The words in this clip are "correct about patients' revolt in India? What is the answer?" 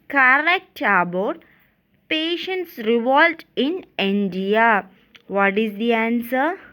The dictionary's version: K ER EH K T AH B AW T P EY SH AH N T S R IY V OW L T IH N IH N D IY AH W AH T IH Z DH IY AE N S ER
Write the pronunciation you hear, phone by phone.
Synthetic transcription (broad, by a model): K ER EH K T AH B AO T P EY SH AH N T S R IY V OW L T IH N IH N D IY AH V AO T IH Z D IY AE N S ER